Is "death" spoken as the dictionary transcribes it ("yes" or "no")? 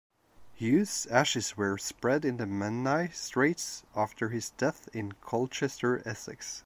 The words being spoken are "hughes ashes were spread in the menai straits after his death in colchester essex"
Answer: yes